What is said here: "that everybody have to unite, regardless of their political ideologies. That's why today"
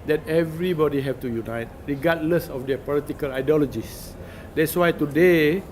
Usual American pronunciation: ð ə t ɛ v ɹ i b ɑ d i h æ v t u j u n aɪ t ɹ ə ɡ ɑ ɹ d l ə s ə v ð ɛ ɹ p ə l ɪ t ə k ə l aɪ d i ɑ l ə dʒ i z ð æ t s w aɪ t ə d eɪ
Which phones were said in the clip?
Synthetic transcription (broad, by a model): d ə t ɛ v ɹ i b ɑ d i h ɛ f t u j u n aɪ t ɹ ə ɡ ɑ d l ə s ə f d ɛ p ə l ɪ t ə k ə l aɪ d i ɑ l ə dʒ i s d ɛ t s w aɪ t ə d eɪ